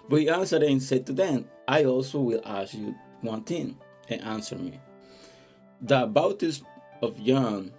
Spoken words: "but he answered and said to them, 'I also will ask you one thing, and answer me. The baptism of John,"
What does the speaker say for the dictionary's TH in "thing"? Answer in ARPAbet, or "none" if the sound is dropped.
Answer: T